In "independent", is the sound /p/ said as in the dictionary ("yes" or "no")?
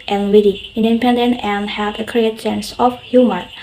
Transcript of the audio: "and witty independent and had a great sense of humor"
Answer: yes